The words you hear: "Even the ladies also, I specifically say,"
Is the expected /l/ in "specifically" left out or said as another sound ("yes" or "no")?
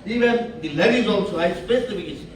yes